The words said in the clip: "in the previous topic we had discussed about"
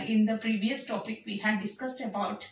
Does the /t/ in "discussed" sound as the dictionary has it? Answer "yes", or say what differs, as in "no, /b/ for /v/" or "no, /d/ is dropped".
yes